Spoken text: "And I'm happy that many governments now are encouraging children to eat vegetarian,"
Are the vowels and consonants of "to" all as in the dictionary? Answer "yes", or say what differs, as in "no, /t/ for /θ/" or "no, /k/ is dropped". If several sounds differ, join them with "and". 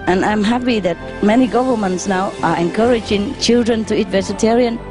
yes